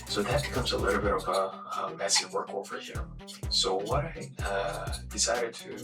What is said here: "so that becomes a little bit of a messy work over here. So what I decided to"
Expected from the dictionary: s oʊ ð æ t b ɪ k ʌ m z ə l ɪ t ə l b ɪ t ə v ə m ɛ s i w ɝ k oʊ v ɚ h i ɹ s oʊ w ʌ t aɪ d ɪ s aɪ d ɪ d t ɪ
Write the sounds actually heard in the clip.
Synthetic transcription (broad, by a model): s oʊ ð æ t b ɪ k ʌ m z ə l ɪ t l b ɪ t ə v ə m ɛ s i w ɝ k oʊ f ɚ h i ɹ s oʊ w ʌ t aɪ d ɪ s aɪ d ɪ d t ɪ